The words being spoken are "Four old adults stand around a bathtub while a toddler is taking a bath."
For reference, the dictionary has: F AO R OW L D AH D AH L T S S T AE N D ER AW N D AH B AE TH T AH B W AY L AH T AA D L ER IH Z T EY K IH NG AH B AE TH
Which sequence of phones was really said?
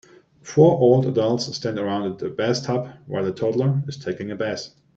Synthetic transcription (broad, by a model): F AO R OW L D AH D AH L T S S T AE N D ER AW N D AH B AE S T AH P W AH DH AH T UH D L ER IH Z T EY K IH NG AH B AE S